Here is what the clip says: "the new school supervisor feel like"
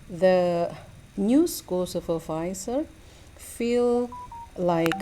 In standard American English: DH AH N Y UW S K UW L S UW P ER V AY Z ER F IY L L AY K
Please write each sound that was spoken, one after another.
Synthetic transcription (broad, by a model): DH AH N Y UW S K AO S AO F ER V AY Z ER F IY L L AY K